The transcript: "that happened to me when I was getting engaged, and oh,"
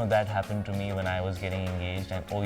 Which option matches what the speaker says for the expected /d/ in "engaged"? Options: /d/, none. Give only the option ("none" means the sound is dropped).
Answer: /d/